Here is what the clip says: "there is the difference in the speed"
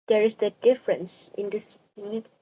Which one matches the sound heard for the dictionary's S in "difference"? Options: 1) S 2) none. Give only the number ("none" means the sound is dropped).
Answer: 1